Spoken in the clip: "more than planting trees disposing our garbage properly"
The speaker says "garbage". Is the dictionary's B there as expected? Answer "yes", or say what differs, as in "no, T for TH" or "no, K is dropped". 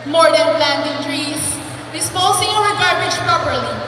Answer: no, B is dropped